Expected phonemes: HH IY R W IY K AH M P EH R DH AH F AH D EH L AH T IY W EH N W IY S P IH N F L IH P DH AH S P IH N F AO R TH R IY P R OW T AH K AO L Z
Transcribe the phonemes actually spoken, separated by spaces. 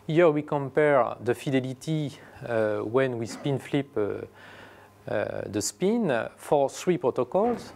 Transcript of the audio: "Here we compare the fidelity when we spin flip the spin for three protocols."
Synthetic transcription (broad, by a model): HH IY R W IY K AH M P EH R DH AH F AH D EH L AH T IY W EH N W IY S P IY N F L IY P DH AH S P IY N F AO R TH R IY P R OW T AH K AO L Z